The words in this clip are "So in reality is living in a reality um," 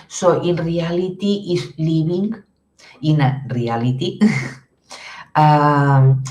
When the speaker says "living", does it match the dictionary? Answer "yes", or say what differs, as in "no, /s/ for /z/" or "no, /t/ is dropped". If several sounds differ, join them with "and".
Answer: no, /b/ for /v/